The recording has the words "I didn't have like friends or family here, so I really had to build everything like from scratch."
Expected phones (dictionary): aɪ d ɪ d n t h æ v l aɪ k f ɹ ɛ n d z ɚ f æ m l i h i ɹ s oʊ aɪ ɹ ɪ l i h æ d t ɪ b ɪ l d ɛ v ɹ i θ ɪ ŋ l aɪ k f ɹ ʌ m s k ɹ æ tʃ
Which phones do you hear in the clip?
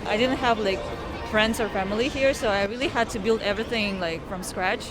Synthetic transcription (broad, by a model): aɪ d ɪ d n t h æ v l aɪ k f ɹ ɛ n d z ɚ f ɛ m l i h i ɹ s oʊ aɪ ɹ ɪ l i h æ d t ɪ b ɪ l d ɛ v ɹ i θ ɪ ŋ l aɪ k f ɹ ʌ m s k ɹ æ tʃ